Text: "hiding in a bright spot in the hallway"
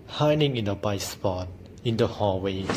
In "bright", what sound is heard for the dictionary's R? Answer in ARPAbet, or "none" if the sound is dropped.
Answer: none